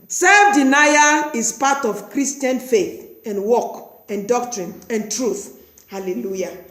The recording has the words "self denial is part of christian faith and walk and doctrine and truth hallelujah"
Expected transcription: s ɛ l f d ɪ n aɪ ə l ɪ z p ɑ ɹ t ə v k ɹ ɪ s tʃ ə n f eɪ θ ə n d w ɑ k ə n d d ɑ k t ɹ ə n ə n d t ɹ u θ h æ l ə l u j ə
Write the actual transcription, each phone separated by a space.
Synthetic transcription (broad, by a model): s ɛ l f d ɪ n aɪ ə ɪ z p ɑ t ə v k ɹ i s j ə n f eɪ θ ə n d w ɑ k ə n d d ɑ k t ɹ ə n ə n t ɹ u θ h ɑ l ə l u j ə